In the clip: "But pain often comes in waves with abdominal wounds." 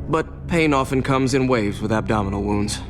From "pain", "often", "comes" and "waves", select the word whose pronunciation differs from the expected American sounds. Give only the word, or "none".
none